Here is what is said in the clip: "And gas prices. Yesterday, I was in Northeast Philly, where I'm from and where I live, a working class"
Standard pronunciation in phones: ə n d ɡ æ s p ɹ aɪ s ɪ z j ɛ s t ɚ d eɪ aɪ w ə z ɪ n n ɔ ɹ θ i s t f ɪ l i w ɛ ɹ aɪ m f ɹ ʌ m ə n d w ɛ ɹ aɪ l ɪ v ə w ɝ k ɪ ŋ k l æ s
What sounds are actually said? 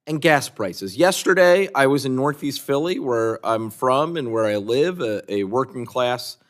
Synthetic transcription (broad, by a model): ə n ɡ æ s p ɹ aɪ s ɪ z j ɛ s t ɚ d eɪ aɪ w ə z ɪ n n ɔ ɹ θ i s t f ɪ l i w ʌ ɹ aɪ m f ɹ ʌ m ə n w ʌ ɹ aɪ l ɪ v ə w ɝ k ɪ ŋ k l æ s